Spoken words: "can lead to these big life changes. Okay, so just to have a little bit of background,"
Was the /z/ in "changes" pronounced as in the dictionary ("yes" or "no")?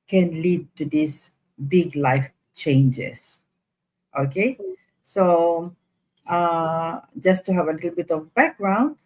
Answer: no